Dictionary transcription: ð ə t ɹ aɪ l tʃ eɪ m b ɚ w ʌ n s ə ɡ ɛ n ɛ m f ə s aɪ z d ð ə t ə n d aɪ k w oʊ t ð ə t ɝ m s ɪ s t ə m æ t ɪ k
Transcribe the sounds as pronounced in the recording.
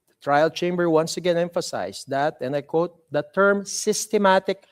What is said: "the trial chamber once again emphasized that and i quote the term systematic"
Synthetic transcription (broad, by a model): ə t ɹ aɪ l tʃ eɪ m b ɚ w ʌ n s ə ɡ ɛ n ɛ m f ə s aɪ s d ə t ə n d aɪ k w oʊ t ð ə t ɝ m s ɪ s t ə m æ t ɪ k